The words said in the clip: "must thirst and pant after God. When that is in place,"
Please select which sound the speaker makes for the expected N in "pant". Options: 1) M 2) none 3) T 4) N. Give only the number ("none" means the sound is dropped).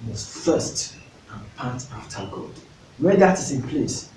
2